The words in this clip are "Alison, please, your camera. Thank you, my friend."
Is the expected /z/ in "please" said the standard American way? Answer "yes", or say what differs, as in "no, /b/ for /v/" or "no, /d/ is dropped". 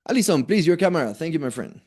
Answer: yes